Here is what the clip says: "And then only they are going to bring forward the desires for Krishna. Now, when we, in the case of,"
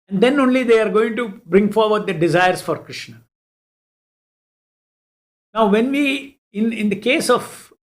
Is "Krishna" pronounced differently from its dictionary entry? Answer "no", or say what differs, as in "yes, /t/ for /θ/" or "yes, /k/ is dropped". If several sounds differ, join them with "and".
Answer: no